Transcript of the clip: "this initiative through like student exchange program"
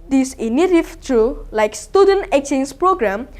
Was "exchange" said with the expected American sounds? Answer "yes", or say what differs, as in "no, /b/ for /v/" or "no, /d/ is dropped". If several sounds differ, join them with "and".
no, /s/ is dropped